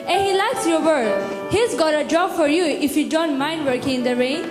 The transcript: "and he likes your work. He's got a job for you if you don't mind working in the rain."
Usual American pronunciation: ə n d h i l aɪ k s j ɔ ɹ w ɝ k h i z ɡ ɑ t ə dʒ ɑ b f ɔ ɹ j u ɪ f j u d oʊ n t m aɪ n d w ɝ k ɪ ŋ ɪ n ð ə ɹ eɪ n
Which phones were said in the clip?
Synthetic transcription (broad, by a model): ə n h i l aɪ s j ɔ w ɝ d h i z ɡ ɑ t ə dʒ ɑ b f ɔ ɹ j u ɪ f j u d oʊ n t m aɪ n d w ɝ k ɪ ŋ ɪ n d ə ɹ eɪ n